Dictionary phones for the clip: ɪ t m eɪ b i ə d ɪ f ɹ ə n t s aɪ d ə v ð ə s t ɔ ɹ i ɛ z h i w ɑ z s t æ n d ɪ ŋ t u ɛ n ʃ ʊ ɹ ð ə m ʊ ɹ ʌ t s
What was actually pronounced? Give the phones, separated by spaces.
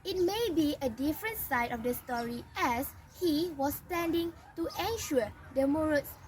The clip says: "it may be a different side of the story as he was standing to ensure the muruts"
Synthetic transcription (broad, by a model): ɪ t m eɪ b i ə d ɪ f ɹ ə n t s aɪ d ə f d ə s t ɔ ɹ i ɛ s h i w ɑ s t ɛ n d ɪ ŋ t u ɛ n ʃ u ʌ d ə m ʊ ɹ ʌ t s